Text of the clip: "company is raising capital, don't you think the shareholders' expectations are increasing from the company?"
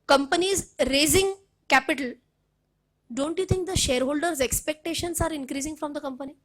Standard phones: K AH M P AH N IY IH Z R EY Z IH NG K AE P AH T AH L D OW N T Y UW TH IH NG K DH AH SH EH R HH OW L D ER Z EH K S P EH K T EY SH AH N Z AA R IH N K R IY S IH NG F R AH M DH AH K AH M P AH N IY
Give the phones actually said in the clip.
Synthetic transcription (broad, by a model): K AH M P AH N IY Z R EY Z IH NG K AE P AH T AH L D OW N T Y UW T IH NG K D AH SH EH R HH OW L D ER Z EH K S P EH K T EY SH AH N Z AA R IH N K R IY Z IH NG F R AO M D AH K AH M P AH N IY